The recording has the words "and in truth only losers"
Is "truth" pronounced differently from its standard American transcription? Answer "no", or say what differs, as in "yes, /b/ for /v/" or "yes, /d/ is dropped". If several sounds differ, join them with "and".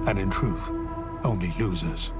no